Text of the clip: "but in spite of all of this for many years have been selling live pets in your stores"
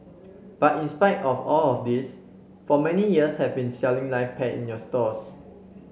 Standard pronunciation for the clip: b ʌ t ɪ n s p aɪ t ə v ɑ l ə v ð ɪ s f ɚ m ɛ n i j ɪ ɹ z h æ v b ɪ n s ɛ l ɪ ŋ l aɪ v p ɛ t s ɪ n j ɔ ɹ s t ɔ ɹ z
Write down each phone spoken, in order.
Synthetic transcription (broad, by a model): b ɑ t ɪ n s p aɪ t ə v ɑ l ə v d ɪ s f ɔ m ɛ n i j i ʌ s h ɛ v b ɪ n s ɛ l ɪ ŋ l aɪ f p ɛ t ɪ n j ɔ s t ɔ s